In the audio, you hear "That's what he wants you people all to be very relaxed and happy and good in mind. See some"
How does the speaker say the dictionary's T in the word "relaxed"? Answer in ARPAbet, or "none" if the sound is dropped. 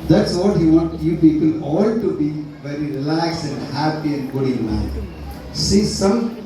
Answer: none